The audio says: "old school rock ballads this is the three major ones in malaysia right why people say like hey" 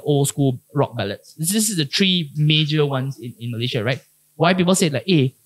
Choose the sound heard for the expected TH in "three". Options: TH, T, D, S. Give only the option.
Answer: T